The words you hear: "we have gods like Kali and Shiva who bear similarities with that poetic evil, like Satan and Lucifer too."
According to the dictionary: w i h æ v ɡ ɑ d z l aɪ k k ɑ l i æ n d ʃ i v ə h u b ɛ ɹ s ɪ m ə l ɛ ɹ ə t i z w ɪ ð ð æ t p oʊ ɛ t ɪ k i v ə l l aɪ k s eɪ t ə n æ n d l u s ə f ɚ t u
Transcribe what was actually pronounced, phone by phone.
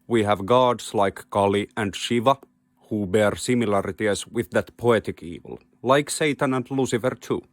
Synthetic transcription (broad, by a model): w i h æ v ɡ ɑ d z l aɪ k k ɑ l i æ n d ʃ i v ə h u b ɛ ɹ s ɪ m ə l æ ɹ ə t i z w ɪ ð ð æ t p oʊ ɛ t ɪ k i v ə l l aɪ k s eɪ t ə n æ n d l u s ə f ɚ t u